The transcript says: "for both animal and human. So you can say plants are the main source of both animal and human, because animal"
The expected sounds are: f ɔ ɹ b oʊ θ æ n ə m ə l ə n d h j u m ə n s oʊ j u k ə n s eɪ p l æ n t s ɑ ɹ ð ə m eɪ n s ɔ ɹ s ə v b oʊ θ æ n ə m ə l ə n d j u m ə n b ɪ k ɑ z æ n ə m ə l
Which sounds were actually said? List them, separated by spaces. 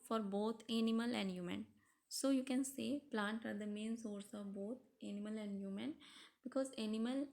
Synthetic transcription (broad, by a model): f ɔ ɹ b oʊ t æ n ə m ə l ə n d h j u m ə n s oʊ j u k ə n s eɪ p l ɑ n t ɑ ɹ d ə m eɪ n s ɔ ɹ s ə v b oʊ t æ n ə m ə l ə n d j u m ə n b ɪ k ɑ z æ n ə m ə l